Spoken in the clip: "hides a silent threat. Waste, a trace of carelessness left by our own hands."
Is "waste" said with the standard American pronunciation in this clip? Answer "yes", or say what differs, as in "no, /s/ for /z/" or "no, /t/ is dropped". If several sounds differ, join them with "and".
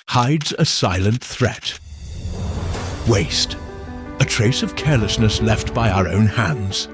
yes